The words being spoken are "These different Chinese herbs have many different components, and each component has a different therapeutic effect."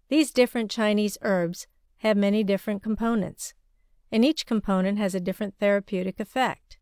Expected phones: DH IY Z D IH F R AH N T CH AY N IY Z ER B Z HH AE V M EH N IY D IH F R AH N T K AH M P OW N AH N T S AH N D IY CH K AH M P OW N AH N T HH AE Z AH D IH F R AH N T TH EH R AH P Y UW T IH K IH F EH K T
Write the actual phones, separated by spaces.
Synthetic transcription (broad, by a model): DH IY Z D IH F R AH N CH AY N IY Z ER B Z HH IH V M EH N IY D IH F R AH N K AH M P OW N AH N T S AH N IY CH K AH M P OW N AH N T HH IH Z AH D IH F R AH N TH EH R AH P Y UW T IH K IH F EH K T